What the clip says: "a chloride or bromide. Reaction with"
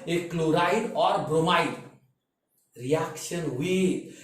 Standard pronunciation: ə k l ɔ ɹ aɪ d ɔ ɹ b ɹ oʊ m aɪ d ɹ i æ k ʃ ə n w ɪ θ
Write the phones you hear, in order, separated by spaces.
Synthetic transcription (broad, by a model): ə k l ɔ ɹ aɪ d ɔ ɹ b ɹ oʊ m aɪ d ɹ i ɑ k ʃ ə n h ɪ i